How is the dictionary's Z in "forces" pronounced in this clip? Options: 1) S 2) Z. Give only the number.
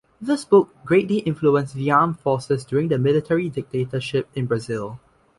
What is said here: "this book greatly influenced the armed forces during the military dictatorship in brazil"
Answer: 1